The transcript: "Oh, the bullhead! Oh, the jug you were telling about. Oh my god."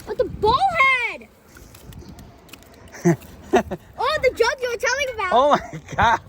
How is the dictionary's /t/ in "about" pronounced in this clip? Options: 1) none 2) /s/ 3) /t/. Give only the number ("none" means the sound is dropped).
1